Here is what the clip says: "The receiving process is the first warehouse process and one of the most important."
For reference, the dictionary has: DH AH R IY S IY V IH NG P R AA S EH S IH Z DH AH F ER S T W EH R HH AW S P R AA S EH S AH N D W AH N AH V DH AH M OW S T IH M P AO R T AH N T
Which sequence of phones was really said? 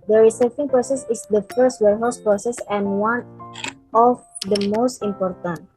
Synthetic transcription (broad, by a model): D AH R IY S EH F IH NG P R AA S EH S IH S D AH F ER S T W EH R HH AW S P R AA S EH S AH N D W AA N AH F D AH M OW S T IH M P AO R T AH N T